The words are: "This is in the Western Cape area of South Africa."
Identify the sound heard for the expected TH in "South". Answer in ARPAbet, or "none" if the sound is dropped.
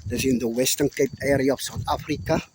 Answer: T